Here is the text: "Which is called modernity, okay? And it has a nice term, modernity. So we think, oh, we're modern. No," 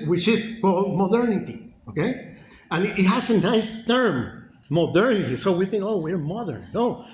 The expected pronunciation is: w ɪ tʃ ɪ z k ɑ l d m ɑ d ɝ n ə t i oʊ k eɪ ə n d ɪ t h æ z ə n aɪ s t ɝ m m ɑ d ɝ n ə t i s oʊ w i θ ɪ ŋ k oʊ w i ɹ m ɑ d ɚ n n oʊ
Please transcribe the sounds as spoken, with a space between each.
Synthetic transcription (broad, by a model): w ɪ tʃ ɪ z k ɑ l m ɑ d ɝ n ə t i oʊ k eɪ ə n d ɪ t h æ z ə n aɪ s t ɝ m m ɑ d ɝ n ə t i s oʊ w i θ ɪ ŋ k oʊ w i ɹ m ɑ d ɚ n n oʊ